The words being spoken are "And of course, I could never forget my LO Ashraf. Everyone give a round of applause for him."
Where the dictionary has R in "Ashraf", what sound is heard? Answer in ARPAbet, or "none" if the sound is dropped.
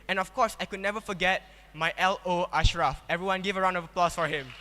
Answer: R